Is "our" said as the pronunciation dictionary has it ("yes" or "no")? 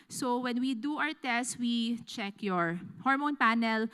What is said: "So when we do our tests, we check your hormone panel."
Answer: no